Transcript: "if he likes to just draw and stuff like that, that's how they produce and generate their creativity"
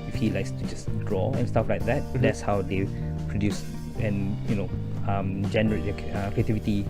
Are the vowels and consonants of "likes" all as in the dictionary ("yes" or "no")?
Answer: yes